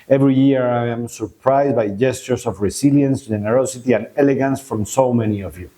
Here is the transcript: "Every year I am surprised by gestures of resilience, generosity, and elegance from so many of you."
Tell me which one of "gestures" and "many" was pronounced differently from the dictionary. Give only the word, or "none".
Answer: gestures